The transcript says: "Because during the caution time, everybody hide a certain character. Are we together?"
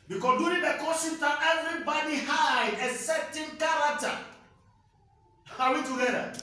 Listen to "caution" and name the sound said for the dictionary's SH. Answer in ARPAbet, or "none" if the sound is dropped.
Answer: S